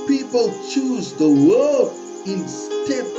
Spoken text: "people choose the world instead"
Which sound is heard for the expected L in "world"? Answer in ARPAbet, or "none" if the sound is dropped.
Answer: none